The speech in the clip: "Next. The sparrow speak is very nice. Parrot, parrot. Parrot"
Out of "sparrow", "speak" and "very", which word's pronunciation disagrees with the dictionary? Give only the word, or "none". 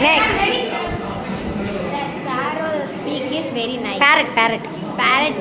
sparrow